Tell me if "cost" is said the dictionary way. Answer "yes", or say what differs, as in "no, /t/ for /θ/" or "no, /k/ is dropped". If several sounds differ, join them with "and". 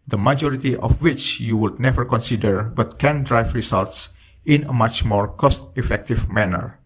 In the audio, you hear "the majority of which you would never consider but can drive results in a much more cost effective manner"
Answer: yes